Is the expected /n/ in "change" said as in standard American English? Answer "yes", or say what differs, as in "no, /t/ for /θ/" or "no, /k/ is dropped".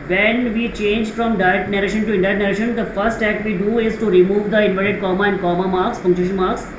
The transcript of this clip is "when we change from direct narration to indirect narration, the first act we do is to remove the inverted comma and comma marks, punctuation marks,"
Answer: yes